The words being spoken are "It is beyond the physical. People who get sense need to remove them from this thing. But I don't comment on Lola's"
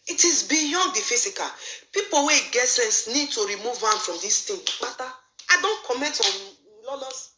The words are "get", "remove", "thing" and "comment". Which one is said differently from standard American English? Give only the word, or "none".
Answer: thing